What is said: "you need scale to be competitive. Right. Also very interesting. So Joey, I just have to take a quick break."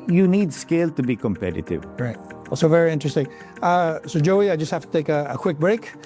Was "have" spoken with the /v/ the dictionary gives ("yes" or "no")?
no